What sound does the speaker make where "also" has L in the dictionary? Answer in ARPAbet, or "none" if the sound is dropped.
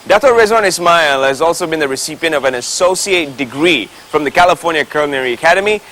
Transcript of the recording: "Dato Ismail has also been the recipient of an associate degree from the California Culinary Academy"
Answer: L